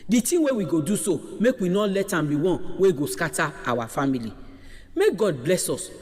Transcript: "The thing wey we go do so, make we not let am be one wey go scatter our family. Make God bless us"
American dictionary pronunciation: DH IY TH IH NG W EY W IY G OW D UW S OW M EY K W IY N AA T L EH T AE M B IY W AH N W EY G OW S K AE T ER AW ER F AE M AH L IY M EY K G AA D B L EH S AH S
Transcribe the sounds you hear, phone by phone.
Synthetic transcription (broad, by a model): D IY T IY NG W EY W IY G OW D UW S OW M EY K W IY N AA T L EH T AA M B IY W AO N W EY G OW S K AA T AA AW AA F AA M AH L IY M EY K G AA D B L EH S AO S